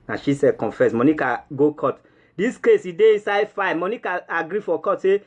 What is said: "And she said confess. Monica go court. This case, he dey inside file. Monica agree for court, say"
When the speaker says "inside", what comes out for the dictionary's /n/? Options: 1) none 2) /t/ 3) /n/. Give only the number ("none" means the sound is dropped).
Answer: 3